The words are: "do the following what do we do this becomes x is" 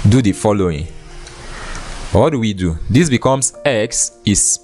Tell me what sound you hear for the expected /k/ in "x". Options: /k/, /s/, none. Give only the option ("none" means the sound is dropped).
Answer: /k/